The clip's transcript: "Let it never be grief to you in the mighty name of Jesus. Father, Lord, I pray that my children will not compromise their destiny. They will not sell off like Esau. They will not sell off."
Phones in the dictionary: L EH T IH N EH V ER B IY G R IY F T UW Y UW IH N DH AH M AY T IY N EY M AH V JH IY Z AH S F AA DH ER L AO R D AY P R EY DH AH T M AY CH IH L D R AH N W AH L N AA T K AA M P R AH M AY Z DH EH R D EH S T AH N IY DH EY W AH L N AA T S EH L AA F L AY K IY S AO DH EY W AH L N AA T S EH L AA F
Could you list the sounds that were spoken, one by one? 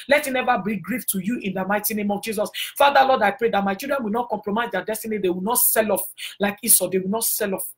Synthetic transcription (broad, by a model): L EH T IH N EH V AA B IY G R IY F T UW Y UW IH N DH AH M AY T IY N EY M AH V JH IY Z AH S F AA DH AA L AO D AY P R EY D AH T M AY CH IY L D R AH N W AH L N AA T K AA M P R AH M AY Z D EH D EH S T AH N IY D EY W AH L N AA T S EH L AA F L AY K IY S AO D EY W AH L N AA T S EH L AA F